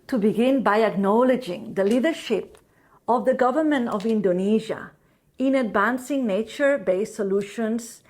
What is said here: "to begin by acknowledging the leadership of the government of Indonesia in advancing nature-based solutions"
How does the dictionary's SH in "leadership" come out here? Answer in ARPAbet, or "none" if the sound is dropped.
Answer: SH